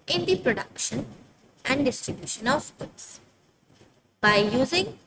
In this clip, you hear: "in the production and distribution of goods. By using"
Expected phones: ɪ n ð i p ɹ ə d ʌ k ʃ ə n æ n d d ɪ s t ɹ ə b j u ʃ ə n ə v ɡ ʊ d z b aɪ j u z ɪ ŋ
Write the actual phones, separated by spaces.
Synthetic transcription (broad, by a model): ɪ n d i p ɹ ə d ʌ k ʃ ə n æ n d d ɪ s t ɹ ə b j u ʃ ə n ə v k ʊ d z b aɪ j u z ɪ ŋ